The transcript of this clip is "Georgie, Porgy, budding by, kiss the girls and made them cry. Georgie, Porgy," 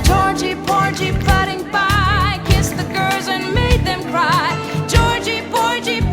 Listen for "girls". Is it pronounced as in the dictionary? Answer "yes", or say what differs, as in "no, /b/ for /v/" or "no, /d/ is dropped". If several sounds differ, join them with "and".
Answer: yes